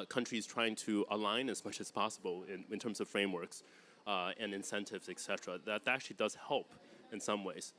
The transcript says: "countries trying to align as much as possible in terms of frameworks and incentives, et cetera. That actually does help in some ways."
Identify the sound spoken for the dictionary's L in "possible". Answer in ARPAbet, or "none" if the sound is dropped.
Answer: N